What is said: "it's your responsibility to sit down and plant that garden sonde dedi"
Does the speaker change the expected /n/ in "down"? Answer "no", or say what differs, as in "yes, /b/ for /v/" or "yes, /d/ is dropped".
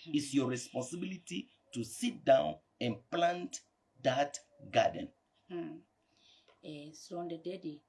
no